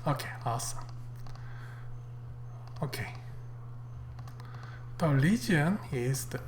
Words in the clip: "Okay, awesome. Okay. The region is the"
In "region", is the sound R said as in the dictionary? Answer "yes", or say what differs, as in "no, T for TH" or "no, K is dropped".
no, L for R